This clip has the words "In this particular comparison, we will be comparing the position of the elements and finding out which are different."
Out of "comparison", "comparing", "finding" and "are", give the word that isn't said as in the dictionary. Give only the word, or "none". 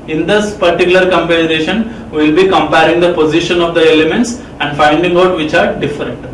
comparison